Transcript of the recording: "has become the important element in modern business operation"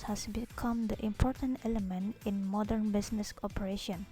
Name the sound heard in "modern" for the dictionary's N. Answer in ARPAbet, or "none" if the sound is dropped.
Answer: N